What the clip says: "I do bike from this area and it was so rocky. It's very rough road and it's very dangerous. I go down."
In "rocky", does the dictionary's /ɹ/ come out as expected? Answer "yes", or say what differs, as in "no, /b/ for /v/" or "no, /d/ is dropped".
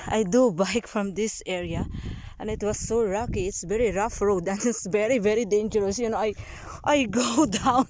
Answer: no, /l/ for /ɹ/